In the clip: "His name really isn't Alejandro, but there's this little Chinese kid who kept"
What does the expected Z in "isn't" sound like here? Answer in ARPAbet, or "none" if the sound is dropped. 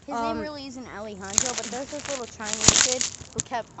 Z